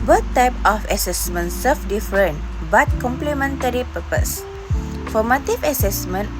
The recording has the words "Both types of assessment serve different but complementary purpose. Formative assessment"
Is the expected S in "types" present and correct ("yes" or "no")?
no